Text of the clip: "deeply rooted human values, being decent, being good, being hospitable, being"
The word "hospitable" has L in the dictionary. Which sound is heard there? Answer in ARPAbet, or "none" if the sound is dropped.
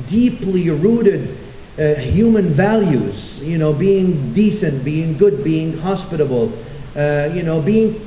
N